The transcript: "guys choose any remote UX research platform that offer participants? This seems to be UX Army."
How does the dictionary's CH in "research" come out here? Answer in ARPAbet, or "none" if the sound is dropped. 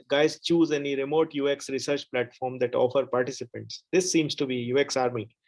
CH